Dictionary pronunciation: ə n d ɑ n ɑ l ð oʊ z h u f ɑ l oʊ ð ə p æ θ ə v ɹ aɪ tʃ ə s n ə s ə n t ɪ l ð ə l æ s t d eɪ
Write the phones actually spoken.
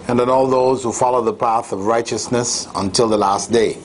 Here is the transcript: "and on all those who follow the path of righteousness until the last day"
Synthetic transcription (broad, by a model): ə n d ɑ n ɑ l ð oʊ z h u f ɑ l oʊ ð ə p æ θ ə v ɹ aɪ tʃ ə s n ə s ə n t ɪ l ð ə l æ s t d eɪ